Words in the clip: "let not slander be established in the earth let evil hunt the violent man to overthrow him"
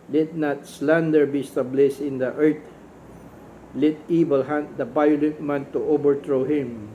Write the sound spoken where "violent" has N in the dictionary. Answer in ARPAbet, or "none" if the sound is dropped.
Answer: none